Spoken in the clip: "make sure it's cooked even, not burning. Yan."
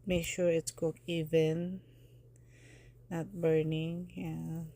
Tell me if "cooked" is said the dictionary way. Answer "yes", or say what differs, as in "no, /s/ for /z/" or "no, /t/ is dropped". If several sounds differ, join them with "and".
no, /t/ is dropped